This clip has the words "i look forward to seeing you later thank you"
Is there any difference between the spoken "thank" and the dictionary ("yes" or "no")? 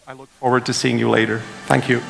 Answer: no